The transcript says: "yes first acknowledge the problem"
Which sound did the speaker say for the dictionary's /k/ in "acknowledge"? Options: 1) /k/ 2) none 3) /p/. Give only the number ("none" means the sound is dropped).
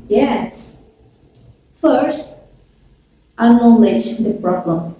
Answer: 2